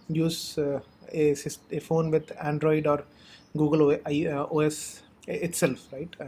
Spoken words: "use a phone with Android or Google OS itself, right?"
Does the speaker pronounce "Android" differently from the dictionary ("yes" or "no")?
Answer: no